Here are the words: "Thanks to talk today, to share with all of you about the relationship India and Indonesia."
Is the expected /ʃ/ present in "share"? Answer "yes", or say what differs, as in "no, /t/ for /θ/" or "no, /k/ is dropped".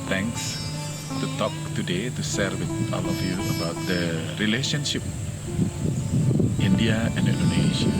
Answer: no, /s/ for /ʃ/